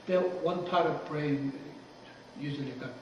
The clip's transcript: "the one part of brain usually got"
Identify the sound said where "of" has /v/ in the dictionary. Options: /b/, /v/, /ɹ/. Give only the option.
/v/